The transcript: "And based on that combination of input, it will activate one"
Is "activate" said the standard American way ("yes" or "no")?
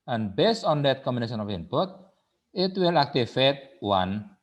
no